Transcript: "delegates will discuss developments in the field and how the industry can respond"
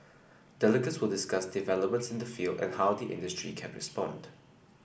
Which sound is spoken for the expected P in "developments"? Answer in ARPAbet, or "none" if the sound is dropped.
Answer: P